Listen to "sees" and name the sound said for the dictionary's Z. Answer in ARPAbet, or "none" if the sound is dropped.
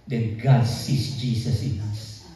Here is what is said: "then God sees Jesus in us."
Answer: S